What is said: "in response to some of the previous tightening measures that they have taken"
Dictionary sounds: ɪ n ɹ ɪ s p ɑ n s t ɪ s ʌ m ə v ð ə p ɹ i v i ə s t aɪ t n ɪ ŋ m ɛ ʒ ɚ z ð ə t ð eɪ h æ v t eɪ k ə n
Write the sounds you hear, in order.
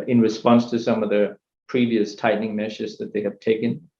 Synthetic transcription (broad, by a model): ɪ n ɹ ɪ s p ɑ n s t ɪ s ʌ m ə v ð ə p ɹ i v i ə s t aɪ t n ɪ ŋ m ɛ ʃ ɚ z ð ə t ð eɪ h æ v t eɪ k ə n